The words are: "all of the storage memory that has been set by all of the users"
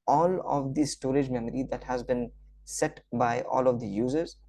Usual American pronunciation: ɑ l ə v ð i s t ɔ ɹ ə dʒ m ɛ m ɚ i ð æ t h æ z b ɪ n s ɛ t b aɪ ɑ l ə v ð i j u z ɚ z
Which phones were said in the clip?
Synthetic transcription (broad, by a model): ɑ l ə v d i s t ɔ ɹ ə dʒ m ɛ m ɚ i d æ t h æ z b ɪ n s ɛ t b aɪ ɑ l ə v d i j u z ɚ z